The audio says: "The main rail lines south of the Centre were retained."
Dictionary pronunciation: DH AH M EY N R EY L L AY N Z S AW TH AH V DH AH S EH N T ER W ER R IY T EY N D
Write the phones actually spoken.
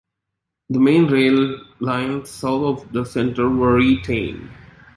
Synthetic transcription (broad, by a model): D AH M EY N R EY L L AY N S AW T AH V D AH S EH N T ER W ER R IY T EY N D